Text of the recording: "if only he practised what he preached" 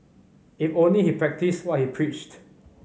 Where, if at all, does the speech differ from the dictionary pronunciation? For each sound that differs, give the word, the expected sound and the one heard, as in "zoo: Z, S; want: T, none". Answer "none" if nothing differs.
none